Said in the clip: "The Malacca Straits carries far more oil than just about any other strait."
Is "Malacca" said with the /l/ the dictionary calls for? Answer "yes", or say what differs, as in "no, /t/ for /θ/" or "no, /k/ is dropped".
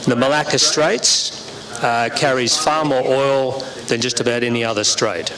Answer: yes